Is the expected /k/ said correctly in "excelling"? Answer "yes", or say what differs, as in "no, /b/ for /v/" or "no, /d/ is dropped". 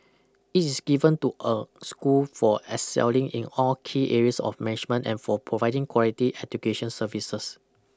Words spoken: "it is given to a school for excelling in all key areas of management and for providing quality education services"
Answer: no, /k/ is dropped